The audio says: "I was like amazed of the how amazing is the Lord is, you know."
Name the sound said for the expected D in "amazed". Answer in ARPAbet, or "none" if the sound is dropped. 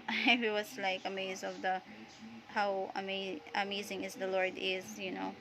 none